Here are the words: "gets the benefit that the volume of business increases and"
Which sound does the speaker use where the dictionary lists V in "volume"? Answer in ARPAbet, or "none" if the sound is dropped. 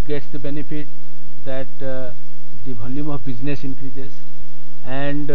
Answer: B